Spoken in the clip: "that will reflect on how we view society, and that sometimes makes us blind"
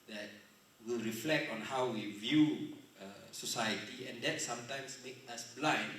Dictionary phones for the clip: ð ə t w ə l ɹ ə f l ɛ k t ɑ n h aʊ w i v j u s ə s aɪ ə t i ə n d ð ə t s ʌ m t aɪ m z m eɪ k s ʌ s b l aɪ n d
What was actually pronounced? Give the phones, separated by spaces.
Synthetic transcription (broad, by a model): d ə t w ə l ɹ ə f l ɛ k t ɑ n h aʊ w i v j u s ə s aɪ ə t i ə n d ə t s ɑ m t aɪ m s m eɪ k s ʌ s b l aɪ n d